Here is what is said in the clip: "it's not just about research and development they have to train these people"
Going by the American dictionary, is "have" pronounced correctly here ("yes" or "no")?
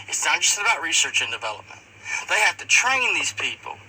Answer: no